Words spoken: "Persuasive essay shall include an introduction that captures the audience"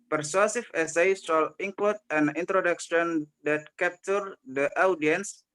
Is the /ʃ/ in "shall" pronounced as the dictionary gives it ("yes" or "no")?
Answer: no